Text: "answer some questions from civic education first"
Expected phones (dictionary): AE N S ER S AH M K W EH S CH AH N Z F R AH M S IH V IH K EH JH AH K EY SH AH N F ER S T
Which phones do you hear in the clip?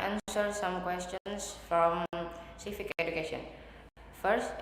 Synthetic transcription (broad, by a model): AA N S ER S AH M K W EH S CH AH N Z F R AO M S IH F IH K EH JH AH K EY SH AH N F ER S T